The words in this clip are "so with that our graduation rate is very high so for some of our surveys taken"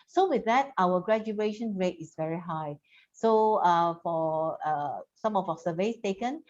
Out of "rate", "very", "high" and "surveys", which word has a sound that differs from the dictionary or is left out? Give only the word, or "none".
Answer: surveys